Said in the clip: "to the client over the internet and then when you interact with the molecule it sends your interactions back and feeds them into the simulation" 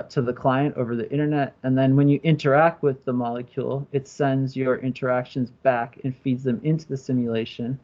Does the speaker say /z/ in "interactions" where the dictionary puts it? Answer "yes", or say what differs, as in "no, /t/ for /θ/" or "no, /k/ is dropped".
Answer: yes